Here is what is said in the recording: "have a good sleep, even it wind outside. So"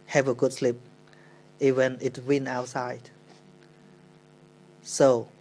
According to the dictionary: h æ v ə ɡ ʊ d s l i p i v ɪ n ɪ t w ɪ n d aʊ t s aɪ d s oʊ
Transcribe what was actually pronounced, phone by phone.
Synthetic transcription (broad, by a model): h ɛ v ə ɡ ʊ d s l i p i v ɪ n ɪ t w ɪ n aʊ t s aɪ d s oʊ